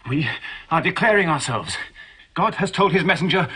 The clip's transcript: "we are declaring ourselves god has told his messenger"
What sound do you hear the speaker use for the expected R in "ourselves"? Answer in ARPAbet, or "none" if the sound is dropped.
R